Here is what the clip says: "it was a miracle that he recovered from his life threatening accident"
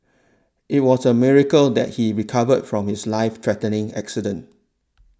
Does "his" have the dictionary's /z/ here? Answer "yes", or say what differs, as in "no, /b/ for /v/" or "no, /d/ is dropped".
no, /s/ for /z/